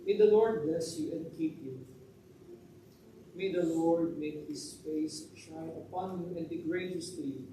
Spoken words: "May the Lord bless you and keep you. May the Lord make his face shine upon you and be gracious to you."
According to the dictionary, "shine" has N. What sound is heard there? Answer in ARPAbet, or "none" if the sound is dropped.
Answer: none